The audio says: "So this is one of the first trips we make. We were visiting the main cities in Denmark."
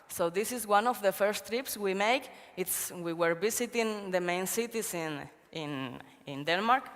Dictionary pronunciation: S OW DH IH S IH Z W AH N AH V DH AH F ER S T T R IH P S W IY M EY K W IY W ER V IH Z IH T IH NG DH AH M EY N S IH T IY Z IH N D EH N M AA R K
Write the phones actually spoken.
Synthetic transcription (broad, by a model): S OW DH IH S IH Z W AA N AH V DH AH F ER S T T R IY P S W IY M EY K W IY W ER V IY S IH T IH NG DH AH M EY N S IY T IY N IH N D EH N M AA R K